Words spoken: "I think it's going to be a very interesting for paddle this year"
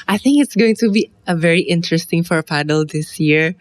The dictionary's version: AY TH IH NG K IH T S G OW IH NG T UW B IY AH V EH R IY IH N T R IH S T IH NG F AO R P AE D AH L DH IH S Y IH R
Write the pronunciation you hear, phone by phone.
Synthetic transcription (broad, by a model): AY TH IH NG K IH T S G OW IH NG T UW B IY AH V EH R IY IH N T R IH S T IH NG F AO R P AE D AH L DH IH S Y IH R